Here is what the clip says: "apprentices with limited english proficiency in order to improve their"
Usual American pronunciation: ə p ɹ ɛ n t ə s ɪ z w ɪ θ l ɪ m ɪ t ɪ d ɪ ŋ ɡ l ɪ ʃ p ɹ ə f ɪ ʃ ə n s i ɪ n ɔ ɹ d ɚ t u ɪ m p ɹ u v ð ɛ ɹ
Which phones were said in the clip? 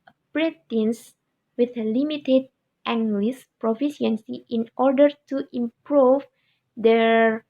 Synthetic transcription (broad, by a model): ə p ɹ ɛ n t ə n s w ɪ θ l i m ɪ t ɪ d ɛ ŋ ɡ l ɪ s p ɹ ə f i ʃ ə n s i ɪ n ɔ ɹ d ɚ t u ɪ m p ɹ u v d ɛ ɹ